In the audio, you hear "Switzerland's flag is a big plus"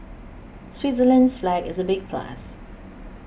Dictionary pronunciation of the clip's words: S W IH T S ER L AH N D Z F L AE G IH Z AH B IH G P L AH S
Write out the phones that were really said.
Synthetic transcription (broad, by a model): S W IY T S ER L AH N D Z F L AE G IH Z AH B IH G P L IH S